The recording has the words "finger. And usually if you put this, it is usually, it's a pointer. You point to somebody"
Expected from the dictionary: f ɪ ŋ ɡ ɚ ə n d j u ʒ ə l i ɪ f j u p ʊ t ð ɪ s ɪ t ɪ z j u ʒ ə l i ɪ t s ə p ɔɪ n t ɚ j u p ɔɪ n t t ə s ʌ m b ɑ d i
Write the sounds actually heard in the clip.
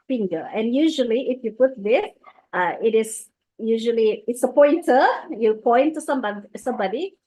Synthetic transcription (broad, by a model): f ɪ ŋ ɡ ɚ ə n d j u ʒ ə l i ɪ f j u p ʊ t ð ɪ s ɪ t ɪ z j u ʒ ə l i ɪ t s ə p ɔɪ n t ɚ j u p ɔɪ n t s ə s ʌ m b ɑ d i